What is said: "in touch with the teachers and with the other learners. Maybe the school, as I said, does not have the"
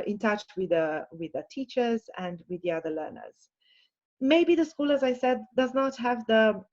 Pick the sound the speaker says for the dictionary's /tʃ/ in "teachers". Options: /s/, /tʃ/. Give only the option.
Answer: /tʃ/